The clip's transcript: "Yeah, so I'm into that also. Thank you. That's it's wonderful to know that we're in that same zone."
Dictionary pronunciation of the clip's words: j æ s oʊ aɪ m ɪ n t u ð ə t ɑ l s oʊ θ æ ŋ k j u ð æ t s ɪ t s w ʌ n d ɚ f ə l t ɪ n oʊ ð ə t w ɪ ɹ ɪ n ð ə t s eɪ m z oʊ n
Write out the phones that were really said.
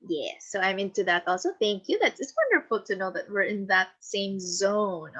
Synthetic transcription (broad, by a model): j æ s oʊ aɪ m ɪ n t u ð ə t ɑ l s oʊ θ æ ŋ k j u ð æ t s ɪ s w ʌ n d ɚ f l t ɪ n oʊ ð ə t w ɪ ɹ ɪ n ð ə t s eɪ m z oʊ n